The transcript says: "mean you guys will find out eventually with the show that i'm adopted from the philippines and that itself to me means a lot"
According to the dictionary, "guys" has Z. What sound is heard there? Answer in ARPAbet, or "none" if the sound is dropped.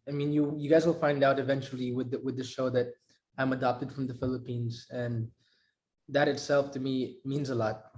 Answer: Z